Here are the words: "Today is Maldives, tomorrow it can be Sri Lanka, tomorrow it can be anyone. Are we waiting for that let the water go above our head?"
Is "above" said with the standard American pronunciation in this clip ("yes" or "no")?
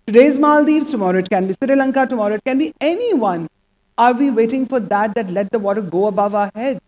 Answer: yes